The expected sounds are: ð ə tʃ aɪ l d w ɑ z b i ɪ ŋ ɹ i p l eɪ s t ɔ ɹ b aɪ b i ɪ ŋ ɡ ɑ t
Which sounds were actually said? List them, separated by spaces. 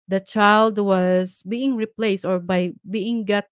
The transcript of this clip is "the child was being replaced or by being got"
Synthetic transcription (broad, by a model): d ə tʃ aɪ l d w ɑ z b i ɪ ŋ ɹ i p l eɪ s t ɔ ɹ b aɪ b i ɪ ŋ ɡ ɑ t